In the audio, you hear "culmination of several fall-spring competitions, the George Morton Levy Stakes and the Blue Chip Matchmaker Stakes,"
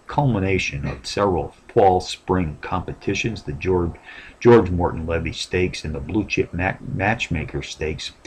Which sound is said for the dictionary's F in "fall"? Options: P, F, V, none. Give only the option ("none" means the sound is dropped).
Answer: P